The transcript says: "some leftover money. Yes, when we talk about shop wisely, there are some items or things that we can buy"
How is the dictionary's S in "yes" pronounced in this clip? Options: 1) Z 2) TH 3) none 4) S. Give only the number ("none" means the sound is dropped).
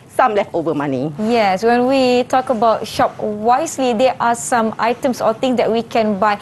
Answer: 4